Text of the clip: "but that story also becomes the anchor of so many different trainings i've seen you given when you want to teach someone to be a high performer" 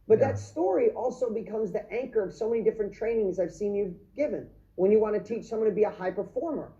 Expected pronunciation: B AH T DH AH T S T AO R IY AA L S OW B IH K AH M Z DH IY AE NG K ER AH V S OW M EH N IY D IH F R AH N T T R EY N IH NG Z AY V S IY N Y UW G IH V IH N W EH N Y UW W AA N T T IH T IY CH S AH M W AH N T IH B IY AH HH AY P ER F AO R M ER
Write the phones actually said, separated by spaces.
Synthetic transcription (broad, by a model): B AH T DH AH T S T AO R IY AA L S OW B IH K AH M Z DH IY AE NG K ER AH V S OW M EH N IY D IH F R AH N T T R EY N IH NG Z AY V S IY N Y UW G IH V IH N W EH N Y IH W AA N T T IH T IY CH S AH M W AH N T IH B IY AH HH AY P ER F AO R M ER